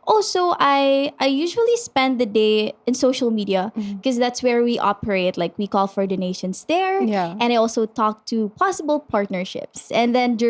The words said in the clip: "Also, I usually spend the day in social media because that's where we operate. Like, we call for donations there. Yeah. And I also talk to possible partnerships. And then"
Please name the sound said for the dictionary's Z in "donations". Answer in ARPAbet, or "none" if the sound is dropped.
S